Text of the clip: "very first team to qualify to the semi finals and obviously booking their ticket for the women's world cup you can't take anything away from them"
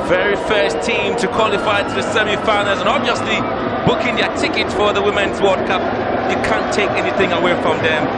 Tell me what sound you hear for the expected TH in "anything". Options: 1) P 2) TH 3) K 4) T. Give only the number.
2